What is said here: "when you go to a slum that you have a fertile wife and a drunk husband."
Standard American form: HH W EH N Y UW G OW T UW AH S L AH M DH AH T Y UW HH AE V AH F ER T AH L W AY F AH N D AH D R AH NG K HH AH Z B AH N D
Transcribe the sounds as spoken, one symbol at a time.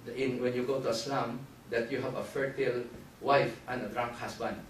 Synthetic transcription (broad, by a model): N W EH N Y UW G OW T UW AH S L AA M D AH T Y UW HH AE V AH F ER T AH L W AY F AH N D AH D R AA NG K HH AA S B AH N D